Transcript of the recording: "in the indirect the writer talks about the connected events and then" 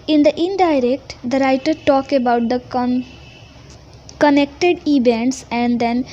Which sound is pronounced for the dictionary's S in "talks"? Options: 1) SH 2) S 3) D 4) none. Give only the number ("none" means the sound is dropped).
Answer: 4